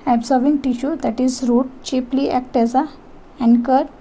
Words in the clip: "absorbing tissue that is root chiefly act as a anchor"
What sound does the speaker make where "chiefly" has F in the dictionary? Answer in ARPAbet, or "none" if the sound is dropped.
P